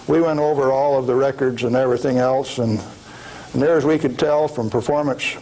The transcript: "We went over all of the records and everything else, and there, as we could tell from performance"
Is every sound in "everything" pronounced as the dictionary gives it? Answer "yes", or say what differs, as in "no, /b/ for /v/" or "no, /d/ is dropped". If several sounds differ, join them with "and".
yes